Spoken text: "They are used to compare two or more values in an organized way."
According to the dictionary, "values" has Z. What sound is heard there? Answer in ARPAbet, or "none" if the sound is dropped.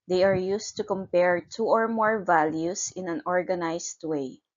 S